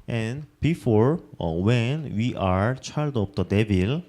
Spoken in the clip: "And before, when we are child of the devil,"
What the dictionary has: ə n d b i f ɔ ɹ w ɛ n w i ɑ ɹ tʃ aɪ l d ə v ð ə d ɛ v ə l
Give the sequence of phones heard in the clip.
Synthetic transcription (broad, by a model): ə n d b i f ɔ ɹ w ɛ n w i ɑ ɹ tʃ aɪ l d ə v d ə d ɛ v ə l